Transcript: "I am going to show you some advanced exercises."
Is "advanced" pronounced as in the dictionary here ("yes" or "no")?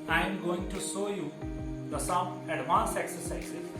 no